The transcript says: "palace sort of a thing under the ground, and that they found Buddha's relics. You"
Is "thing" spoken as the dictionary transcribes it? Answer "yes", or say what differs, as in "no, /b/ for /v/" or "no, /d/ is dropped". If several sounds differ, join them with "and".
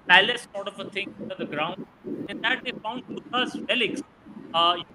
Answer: no, /t/ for /θ/